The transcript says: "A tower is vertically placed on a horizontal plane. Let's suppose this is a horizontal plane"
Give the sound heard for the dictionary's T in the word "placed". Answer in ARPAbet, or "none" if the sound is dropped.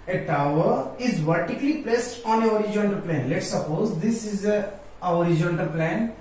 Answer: T